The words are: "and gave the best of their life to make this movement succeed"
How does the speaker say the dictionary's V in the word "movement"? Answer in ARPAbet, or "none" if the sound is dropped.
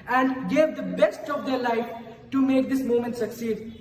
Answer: none